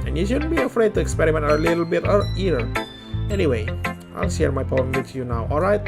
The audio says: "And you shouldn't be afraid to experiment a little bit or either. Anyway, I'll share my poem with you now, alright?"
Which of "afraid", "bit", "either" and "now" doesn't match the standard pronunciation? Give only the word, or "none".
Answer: either